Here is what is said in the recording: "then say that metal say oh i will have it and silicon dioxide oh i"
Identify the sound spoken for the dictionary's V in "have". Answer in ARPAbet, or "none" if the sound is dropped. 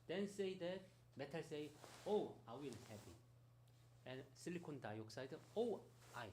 P